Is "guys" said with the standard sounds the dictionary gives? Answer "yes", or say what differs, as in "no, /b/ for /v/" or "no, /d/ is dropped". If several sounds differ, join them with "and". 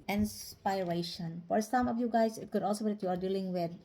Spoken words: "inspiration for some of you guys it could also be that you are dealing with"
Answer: no, /s/ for /z/